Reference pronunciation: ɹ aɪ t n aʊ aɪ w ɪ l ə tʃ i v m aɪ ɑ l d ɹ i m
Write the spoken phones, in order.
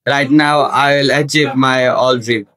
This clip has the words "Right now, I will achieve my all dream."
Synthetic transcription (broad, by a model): ɹ aɪ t n aʊ aɪ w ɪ l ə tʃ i p m aɪ ɑ l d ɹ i